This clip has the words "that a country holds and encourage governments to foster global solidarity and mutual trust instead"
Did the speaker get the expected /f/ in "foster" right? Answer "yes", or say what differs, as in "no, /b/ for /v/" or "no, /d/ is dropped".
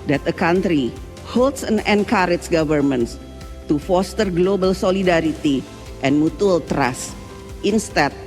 yes